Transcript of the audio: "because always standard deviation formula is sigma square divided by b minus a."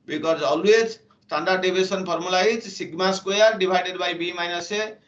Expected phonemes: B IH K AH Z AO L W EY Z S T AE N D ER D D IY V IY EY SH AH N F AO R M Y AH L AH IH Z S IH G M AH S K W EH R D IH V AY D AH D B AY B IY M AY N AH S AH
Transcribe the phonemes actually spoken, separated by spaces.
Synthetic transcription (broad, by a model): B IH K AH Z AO L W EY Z S T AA N D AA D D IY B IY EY S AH N P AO R M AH L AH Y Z S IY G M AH S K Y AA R D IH B AY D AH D B AY B IY M AY N AH S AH